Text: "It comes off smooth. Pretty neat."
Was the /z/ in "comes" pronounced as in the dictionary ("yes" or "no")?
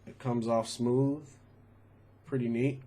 yes